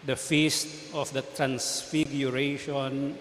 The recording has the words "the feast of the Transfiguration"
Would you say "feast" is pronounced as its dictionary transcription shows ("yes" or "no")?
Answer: yes